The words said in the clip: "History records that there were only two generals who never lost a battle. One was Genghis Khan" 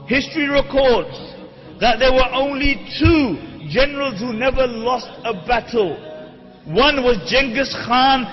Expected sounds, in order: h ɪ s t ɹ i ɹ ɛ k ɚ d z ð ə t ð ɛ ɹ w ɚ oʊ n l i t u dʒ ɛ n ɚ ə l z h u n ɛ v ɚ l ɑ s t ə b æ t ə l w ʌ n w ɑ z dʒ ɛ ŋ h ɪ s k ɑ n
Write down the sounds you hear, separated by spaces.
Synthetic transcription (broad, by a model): h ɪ s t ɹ i ɹ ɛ k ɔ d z ð ə t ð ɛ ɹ w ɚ oʊ n l i t u dʒ ɛ n ɚ ə l z h u n ɛ v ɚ l ɑ s t ə b æ t ə l w ʌ n w ɑ z dʒ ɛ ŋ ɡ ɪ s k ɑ n